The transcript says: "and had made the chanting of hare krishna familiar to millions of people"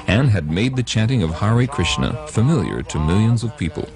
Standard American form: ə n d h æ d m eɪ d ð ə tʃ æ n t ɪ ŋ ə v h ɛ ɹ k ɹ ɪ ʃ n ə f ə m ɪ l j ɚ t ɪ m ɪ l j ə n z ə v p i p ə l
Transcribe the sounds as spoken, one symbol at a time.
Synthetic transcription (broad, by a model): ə n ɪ d m eɪ d ð ə tʃ æ n t ɪ ŋ ə v h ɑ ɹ k ɹ ɪ ʃ n ə f ə m ɪ l j ɚ t ɪ m ɪ l j ə n z ə v p i p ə l